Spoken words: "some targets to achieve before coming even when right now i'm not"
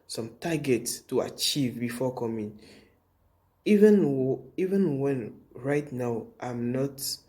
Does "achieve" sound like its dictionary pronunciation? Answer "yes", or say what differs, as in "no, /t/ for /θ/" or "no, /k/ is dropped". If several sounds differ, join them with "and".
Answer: yes